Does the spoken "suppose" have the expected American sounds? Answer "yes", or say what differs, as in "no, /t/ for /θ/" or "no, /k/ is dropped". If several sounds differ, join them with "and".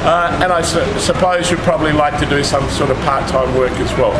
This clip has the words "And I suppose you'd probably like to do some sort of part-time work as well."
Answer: yes